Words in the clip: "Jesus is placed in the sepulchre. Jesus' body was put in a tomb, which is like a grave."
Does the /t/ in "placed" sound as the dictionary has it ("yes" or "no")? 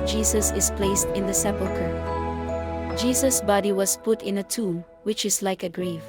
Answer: yes